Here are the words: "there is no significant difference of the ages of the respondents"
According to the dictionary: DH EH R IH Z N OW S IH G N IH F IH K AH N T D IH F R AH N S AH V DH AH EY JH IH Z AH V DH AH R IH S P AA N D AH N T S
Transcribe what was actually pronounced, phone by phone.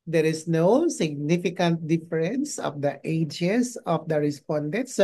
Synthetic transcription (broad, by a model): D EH R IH S N OW S IH G N IH F IH K AH N T D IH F R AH N S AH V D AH EY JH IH S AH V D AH R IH S P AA N D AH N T S